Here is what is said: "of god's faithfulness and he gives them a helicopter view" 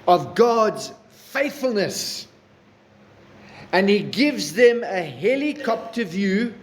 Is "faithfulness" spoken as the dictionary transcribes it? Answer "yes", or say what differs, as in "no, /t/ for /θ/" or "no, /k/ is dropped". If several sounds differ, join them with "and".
yes